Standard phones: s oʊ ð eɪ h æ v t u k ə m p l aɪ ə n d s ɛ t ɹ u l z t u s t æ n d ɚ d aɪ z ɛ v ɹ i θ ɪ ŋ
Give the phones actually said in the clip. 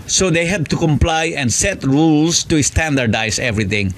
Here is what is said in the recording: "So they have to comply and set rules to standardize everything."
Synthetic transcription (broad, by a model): s oʊ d eɪ h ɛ b t u k ə m p l aɪ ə n s ɛ t ɹ u l s t u s t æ n d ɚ d aɪ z ɛ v ɹ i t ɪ ŋ